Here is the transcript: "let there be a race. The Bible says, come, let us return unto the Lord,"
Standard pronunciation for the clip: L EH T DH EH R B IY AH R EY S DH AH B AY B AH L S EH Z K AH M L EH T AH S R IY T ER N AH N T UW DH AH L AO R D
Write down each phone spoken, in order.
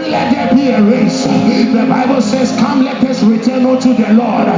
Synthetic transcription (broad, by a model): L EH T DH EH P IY AH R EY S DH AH B AY B AH L S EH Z K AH M L EH T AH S R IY T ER N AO T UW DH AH L AO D